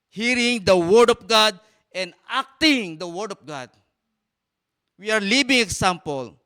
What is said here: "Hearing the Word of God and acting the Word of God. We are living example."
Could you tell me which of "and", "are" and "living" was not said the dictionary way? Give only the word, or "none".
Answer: living